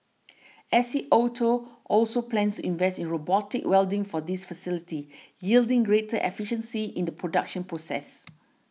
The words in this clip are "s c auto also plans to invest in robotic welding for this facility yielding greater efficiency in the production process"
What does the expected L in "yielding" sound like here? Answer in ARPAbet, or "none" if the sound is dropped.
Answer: L